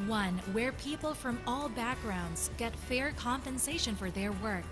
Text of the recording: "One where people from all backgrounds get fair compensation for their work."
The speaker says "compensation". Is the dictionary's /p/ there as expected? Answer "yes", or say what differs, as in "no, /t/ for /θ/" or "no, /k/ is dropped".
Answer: yes